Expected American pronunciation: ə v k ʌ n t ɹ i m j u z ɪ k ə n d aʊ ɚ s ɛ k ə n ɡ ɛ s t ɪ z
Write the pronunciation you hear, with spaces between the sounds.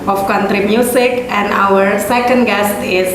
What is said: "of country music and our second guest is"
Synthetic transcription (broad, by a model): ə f k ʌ n t ɹ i m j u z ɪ k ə n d aʊ ɚ s ɛ k ə n ɡ ɛ s t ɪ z